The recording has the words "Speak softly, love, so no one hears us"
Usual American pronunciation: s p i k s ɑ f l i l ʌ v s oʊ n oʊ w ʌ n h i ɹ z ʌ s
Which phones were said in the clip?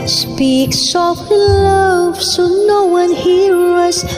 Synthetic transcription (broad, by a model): s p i k s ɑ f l l ʌ v s oʊ n oʊ w ʌ n h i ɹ ʌ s